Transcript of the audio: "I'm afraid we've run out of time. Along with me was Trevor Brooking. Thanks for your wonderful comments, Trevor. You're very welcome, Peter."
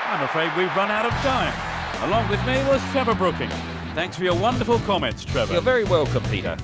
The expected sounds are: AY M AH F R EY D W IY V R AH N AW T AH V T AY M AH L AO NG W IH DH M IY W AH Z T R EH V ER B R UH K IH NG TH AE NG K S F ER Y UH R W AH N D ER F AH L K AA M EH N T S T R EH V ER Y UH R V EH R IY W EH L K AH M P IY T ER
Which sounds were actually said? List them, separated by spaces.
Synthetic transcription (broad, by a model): AY M AH F R EY D W IY V R AH N AW T AH V T AY M AH L AO NG W IH DH M IY W AH Z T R EH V ER B R UH K IH NG TH AE NG K S F ER Y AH R W AH N D ER F L K AA M EH N T S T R EH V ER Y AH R V EH R IY W EH L K AH M P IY T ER